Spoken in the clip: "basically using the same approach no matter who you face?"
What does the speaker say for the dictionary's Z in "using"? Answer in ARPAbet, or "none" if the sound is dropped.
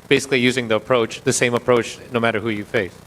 Z